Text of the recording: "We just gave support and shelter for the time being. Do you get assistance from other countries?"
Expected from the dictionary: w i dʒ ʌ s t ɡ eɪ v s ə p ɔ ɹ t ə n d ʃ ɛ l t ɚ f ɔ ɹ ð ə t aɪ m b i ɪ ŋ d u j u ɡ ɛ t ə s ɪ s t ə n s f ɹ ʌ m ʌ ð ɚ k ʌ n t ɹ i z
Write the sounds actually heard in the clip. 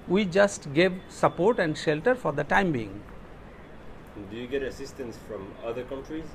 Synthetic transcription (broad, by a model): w i dʒ ʌ s t ɡ eɪ v s ə p ɔ ɹ t ə n d ʃ ɛ l t ɚ f ɔ ɹ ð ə t aɪ m b i ɪ ŋ d u j u ɡ ɛ t ə s ɪ s t ə n s f ɹ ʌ m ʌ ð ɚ k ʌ n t ɹ i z